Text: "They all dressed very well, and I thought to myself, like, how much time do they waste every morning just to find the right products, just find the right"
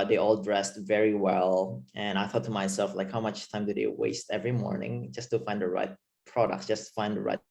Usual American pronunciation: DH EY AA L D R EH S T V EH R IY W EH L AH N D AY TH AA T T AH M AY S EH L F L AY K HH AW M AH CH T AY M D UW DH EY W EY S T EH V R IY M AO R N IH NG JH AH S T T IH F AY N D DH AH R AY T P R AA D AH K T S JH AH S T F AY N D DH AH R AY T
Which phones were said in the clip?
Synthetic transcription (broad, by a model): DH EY AA L D R EH S T V EH R IY W EH L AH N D AY TH AA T T AH M AY S EH L F L AY K HH AW M AH CH T AY M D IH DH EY W EY S T EH V R IY M AO R N IH NG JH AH S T T IH F AY N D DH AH R AY T P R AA D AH K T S JH AH S T F AY N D DH AH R AY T